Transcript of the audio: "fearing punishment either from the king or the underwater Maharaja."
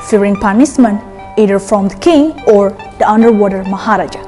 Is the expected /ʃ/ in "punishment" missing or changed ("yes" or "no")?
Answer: yes